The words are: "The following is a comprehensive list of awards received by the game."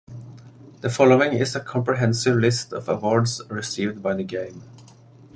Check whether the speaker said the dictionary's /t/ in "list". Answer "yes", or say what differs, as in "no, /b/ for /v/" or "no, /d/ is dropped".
yes